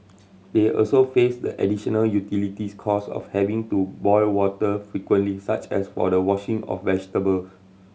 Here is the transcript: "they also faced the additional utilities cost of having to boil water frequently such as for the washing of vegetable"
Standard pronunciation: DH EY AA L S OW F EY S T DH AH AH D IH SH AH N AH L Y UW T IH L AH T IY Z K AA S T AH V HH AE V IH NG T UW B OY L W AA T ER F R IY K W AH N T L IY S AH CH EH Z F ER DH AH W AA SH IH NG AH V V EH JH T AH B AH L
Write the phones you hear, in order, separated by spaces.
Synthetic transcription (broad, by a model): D EY AA L S OW F EY S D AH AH D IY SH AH N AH L Y UW T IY L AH T IY S K AA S AH F HH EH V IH NG T UW B OY L W AA T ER F R IY K W AH N T L IY S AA CH EH S F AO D AH W AA SH IH NG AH F V EH JH T AH B AH L